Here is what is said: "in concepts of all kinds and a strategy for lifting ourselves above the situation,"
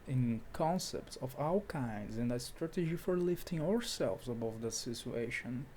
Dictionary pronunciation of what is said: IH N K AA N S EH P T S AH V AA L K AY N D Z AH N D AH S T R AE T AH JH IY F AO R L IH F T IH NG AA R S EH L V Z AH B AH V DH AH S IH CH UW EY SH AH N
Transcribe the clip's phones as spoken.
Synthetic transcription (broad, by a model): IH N K AA N S EH P T S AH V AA W K AY N D Z AH N D AH S T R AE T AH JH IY F AO R L IH F T IH NG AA R S EH L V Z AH B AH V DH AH S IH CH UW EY SH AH N